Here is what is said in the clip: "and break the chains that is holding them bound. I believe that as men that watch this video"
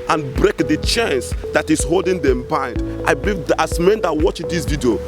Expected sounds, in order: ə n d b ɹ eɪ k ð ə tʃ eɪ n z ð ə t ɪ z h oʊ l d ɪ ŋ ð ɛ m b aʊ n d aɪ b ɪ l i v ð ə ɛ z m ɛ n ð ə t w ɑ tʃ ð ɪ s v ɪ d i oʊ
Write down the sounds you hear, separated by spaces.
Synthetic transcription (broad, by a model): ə n b ɹ eɪ k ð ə tʃ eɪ n s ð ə t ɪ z h oʊ l d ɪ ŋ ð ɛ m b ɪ n d aɪ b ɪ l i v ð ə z m ɛ n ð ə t w ɑ tʃ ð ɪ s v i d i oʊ